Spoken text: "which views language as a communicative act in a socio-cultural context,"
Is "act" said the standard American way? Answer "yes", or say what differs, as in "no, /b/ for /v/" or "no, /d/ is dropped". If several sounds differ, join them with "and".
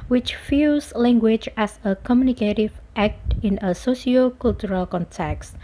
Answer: yes